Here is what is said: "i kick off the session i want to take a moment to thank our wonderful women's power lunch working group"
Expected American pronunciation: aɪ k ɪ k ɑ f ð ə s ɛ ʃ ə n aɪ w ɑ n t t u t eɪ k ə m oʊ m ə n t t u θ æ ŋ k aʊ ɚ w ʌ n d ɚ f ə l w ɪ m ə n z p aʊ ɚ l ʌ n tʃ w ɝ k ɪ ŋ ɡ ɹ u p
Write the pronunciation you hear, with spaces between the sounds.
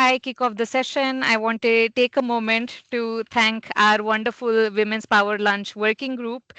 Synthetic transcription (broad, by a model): aɪ k ɪ k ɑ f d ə s ɛ ʃ ə n aɪ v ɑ n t t u t eɪ k ə m oʊ m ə n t t u t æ ŋ k aʊ ɚ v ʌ n d ɚ f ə l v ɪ m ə n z p aʊ ɚ l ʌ n tʃ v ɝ k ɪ ŋ ɡ ɹ u p